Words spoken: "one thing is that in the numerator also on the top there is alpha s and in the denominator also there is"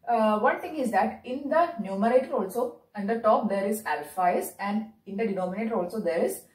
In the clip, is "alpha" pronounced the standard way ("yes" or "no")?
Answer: yes